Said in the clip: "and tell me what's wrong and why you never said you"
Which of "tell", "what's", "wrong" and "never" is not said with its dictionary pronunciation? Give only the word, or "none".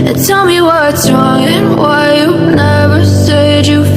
none